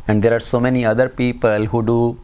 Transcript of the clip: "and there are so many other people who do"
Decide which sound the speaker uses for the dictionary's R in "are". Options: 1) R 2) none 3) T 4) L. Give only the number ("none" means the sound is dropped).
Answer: 1